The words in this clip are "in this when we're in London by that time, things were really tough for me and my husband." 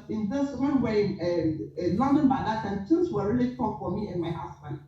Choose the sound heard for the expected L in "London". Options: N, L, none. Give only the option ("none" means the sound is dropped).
L